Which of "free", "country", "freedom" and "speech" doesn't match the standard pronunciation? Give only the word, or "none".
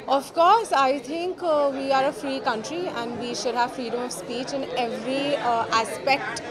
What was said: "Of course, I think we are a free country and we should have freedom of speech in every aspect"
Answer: none